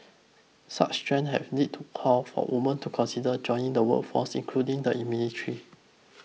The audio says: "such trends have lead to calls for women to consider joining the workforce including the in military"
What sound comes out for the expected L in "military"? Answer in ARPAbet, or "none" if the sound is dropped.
N